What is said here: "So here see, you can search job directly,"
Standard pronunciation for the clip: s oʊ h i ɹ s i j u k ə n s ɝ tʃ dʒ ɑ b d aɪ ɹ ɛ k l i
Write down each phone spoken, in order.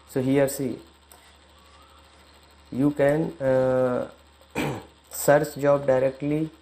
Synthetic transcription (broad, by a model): s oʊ h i ɹ s i j u k ə n s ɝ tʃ dʒ ɑ b d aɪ ɹ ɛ k l i